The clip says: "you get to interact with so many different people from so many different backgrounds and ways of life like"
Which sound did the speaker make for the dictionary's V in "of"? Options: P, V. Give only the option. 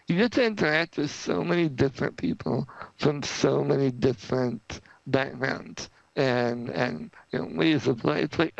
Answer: P